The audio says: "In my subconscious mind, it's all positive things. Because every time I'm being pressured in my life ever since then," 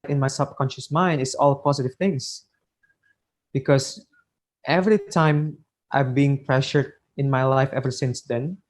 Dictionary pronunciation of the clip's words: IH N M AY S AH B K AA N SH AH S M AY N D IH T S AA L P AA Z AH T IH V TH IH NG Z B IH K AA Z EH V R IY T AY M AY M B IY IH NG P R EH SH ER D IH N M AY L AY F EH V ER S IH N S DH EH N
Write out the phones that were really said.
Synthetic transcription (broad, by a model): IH N M AY S AH B K AA N SH AH S M AY N D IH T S AA L P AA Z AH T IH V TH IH NG S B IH K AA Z EH V R IY T AY M AY M B IY IH NG P R EH SH ER D IH N M AY L AY F EH V ER S IH N S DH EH N